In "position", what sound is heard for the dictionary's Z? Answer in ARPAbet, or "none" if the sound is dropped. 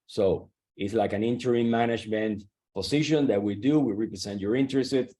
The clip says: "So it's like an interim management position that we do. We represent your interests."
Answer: S